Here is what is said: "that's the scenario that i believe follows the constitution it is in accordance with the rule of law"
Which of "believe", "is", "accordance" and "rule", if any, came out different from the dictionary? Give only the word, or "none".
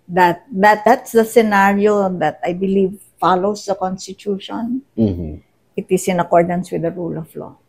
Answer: is